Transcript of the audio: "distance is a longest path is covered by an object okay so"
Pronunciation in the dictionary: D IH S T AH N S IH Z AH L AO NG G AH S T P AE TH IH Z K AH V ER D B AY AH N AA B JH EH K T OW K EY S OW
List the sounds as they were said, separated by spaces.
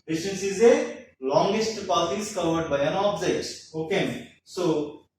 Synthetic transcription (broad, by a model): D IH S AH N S IH Z AH L AO NG G AH S T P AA T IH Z K AH V ER D B AY AH N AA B Z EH T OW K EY S OW